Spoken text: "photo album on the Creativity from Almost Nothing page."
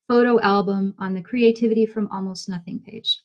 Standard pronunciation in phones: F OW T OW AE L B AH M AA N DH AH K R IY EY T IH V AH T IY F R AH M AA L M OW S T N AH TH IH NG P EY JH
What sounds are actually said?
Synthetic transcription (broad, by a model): F OW T OW AE L B AH M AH N DH AH K R IY EY T IH V AH T IY F R AH M AA L M OW S T N AH TH IH NG P EY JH